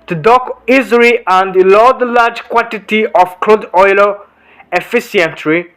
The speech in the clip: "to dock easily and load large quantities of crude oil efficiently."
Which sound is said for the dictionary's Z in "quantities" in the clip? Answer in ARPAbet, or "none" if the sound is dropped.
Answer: none